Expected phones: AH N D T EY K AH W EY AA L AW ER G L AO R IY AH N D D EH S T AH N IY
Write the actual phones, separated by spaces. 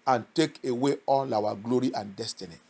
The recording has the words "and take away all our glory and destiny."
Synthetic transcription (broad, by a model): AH N T EY K AH W EY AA N AW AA G L AO R IY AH N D D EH S T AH N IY